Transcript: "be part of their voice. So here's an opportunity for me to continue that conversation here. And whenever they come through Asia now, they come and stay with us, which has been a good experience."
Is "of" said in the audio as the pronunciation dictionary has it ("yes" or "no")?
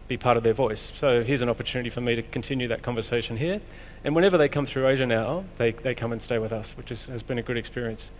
yes